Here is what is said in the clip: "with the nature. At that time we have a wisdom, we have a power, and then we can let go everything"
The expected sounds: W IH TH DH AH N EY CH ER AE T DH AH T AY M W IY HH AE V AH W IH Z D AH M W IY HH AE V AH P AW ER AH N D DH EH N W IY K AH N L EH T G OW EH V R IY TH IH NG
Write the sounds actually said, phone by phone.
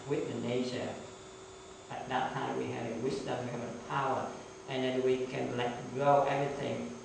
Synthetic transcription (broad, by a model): W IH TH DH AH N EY SH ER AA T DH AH T AY M W IY HH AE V AH W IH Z D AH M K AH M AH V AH P AW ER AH N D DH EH N W IY K AH N L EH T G OW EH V R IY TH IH NG